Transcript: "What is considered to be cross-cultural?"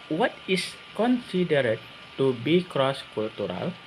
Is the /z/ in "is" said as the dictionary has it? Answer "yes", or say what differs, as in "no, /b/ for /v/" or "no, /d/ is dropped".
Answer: no, /s/ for /z/